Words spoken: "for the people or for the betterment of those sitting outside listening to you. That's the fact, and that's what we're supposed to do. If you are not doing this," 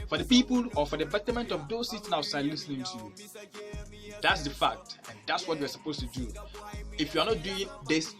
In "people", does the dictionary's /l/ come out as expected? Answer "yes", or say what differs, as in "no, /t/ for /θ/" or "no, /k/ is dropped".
yes